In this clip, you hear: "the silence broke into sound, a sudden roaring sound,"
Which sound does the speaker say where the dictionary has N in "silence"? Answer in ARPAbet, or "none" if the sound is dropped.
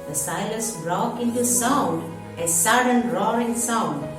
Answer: none